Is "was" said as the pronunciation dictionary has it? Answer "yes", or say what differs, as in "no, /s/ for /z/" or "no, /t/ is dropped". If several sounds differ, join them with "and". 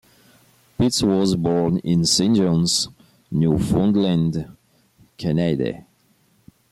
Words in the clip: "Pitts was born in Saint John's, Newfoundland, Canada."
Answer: yes